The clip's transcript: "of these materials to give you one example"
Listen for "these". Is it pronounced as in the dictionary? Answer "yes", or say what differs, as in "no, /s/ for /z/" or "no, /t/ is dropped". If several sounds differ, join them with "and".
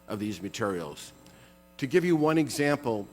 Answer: yes